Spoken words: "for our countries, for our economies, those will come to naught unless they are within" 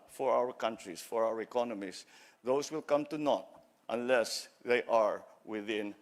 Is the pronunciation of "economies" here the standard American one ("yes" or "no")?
no